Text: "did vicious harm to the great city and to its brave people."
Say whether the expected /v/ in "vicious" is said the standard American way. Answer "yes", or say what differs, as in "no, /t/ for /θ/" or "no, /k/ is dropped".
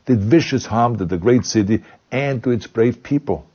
yes